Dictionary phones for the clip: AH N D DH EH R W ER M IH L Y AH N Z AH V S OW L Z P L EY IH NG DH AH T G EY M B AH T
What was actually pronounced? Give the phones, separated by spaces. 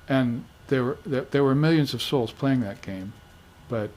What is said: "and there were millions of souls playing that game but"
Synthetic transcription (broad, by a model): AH N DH DH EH R W ER M IH L Y AH N Z AH V S OW L Z P L EY IH NG DH AH T G EY M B AH T